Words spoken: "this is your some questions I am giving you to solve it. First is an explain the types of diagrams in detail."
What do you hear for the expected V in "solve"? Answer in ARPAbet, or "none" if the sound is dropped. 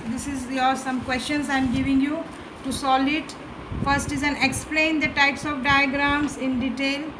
none